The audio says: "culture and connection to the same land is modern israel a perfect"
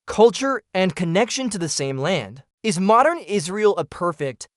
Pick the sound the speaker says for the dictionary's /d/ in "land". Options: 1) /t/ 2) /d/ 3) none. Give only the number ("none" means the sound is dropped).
2